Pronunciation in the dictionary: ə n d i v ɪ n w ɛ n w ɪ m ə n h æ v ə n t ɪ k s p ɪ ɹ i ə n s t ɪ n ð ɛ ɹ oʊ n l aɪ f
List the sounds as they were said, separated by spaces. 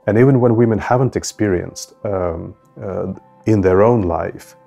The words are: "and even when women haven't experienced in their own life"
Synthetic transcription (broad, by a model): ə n i v ɪ n w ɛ n w ɪ m ə n h æ v ə n t ɪ k s p ɪ ɹ i ə n s t ɪ n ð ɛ ɹ oʊ n l aɪ f